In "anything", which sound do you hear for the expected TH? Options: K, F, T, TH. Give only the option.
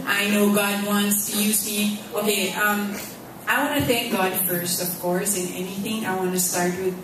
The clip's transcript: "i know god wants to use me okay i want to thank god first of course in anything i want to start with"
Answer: TH